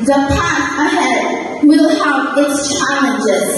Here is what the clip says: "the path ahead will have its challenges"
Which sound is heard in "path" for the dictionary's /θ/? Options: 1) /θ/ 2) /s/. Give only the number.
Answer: 2